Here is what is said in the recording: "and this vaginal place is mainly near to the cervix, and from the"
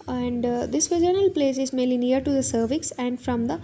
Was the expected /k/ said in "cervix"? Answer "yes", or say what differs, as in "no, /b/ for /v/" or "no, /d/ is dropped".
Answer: yes